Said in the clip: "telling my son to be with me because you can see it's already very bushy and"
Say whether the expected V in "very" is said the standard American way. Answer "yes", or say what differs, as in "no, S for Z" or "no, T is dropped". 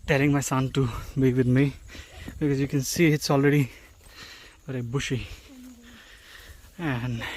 no, B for V